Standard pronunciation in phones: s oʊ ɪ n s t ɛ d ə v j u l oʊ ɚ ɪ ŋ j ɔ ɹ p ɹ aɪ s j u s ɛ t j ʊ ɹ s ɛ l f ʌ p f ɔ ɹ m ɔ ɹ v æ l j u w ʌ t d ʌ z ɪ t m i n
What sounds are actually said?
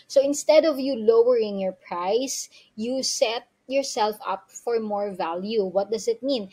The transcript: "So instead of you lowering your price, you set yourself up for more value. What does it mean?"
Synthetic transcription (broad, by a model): s oʊ ɪ n s t ɛ d ə v j u l oʊ ɚ ɪ ŋ j ɔ ɹ p ɹ aɪ s j u s ɛ t j ʊ ɹ s ɛ l f ʌ p f ɔ ɹ m ɔ ɹ v æ l j u w ʌ t d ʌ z ɪ t m i n